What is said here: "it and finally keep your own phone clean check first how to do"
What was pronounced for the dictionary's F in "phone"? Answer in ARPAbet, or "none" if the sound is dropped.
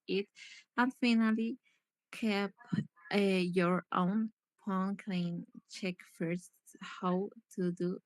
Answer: P